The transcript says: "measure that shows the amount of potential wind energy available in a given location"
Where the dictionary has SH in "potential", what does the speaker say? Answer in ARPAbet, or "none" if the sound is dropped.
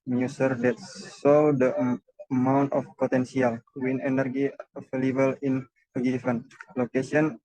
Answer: S